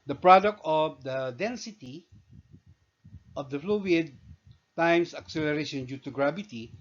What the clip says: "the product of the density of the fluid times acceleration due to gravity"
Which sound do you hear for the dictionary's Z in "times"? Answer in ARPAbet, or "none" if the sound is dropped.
S